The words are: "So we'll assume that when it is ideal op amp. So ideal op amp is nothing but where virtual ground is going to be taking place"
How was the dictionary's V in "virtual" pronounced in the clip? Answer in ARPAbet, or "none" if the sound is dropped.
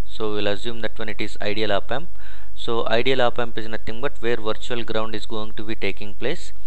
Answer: V